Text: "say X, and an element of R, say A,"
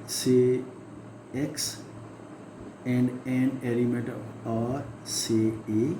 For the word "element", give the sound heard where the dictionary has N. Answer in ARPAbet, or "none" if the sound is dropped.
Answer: none